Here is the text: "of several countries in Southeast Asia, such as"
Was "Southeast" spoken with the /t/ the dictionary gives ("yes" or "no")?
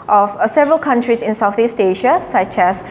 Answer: yes